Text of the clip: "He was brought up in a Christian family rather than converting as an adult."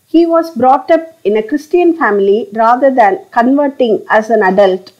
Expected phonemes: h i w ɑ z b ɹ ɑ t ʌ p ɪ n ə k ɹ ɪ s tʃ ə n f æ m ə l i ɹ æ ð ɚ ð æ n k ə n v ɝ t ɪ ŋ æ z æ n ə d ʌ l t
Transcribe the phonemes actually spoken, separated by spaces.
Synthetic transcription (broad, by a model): h i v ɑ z b ɹ ɑ t ʌ p ɪ n ə k ɹ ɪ s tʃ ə n f æ m ə l i ɹ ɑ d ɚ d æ n k ə n v ɝ t ɪ ŋ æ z æ n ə d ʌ l t